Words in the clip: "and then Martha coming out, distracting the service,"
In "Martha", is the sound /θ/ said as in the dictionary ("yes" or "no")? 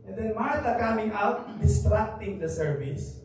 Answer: no